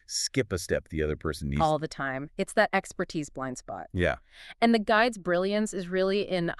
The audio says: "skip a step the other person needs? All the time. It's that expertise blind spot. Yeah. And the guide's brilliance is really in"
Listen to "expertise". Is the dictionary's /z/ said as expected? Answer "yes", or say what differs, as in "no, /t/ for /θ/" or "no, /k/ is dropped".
yes